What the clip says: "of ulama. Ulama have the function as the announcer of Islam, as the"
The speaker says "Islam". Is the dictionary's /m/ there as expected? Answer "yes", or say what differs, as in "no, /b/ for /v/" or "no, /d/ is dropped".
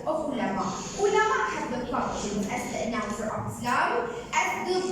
no, /m/ is dropped